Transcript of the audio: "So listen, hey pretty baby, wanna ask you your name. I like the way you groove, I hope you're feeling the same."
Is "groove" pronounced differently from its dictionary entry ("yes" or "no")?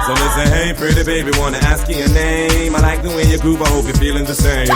yes